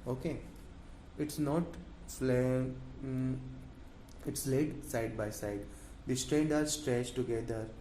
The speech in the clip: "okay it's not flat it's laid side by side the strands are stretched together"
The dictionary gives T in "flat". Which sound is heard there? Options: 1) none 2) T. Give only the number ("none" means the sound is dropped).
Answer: 1